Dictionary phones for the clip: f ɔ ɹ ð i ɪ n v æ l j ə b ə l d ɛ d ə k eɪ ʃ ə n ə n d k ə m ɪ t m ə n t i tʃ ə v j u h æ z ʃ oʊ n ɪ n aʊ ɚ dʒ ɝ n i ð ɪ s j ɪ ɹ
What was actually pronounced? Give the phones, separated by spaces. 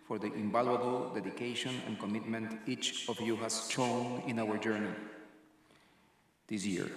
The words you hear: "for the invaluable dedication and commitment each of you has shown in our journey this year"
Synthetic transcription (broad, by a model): f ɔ ɹ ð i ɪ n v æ l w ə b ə l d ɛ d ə k eɪ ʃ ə n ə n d k ə m ɪ t m ə n t i tʃ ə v j u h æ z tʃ oʊ n ɪ n aʊ ɚ dʒ ɝ n i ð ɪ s j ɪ ɹ